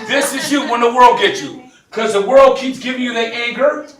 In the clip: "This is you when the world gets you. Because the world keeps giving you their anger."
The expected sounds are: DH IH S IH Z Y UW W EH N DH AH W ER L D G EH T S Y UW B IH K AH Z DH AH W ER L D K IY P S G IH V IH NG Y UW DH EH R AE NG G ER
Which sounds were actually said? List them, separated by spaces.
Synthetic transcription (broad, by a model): DH IH S IH Z Y UW W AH N DH AH W ER L D G EH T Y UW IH K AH Z DH AH W ER L D K IY P S G IH V IH NG Y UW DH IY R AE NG G ER